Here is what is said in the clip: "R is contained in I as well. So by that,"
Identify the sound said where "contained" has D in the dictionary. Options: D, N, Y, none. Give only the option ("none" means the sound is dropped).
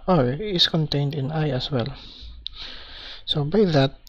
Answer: D